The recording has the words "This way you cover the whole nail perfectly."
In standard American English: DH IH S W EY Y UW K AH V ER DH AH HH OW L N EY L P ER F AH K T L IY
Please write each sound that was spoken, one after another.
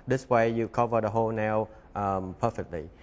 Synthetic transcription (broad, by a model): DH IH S W EY Y UW K AH V ER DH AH HH OW L N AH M P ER F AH K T L IY